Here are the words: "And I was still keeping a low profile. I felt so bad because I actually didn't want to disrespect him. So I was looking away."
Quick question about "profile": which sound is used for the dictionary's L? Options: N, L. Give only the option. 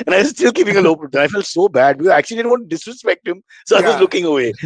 N